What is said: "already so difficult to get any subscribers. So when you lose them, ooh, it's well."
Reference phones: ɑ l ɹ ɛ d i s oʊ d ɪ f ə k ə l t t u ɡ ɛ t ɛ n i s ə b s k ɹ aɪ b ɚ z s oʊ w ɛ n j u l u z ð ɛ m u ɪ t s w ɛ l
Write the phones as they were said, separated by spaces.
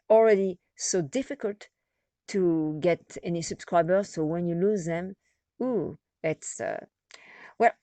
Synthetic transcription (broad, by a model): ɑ l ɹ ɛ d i s oʊ d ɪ f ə k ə l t t u ɡ ɛ t ɛ n i s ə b s k ɹ aɪ b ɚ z s oʊ w ɛ n j u l u z ð ɛ m u ɪ t s w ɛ l